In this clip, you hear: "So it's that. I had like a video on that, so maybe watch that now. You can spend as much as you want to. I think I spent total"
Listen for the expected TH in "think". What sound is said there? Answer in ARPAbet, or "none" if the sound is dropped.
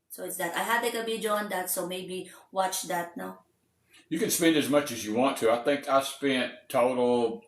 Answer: TH